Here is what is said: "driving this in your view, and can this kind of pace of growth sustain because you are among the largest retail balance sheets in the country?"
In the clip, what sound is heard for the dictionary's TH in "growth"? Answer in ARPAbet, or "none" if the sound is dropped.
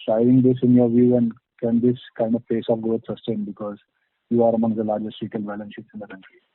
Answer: T